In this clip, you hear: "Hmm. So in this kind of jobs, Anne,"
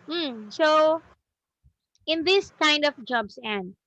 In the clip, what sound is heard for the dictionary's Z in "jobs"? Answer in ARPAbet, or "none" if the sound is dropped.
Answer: S